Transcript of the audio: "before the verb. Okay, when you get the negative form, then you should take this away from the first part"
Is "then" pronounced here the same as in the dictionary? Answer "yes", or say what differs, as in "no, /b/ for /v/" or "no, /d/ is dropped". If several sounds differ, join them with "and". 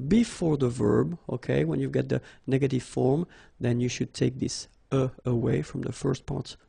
yes